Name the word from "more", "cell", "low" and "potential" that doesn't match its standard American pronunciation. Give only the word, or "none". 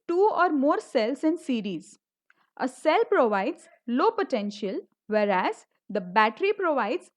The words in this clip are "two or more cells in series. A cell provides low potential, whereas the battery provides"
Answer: none